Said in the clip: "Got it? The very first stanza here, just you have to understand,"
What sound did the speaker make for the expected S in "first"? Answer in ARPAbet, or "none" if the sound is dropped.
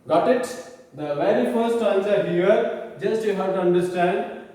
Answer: none